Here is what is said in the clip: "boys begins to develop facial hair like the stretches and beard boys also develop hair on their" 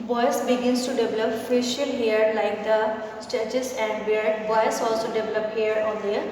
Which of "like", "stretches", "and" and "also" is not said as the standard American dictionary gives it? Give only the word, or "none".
stretches